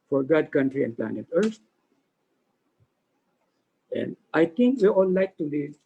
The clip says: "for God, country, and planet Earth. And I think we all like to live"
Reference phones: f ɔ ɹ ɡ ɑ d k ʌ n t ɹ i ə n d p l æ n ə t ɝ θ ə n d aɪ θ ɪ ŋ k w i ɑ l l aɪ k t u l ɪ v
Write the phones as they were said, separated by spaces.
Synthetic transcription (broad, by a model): f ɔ ɹ ɡ ɑ d k ʌ n t ɹ i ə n p l æ n ə t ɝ s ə n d aɪ t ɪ ŋ k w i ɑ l l aɪ k t u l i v